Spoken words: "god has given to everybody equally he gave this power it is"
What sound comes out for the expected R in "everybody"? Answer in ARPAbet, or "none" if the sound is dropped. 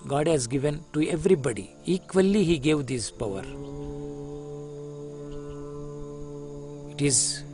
R